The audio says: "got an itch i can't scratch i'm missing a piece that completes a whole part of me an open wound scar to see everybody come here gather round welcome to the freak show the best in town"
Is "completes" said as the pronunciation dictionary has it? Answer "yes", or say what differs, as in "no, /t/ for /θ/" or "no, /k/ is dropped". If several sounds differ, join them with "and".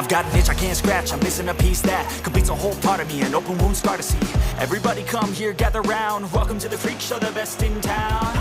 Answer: no, /l/ is dropped